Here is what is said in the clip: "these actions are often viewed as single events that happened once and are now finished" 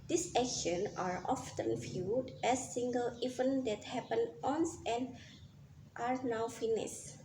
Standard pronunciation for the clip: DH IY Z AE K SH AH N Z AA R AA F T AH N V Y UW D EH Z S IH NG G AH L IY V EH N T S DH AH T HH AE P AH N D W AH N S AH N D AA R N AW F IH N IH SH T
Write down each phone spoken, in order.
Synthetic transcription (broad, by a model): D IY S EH K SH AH N AA R AA F T AH N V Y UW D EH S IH NG G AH L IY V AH N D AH T HH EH P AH N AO N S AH N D AA R N AW F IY N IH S